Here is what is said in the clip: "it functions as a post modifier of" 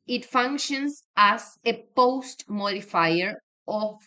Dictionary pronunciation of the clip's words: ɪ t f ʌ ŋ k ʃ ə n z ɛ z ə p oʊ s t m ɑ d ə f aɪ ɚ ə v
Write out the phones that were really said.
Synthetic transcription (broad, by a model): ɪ t f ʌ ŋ k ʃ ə n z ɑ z ə p oʊ s t m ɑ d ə f aɪ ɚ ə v